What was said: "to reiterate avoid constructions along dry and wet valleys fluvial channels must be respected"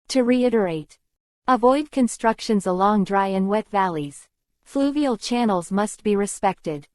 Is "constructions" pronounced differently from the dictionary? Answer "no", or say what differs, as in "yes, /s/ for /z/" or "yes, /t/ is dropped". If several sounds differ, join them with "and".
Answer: no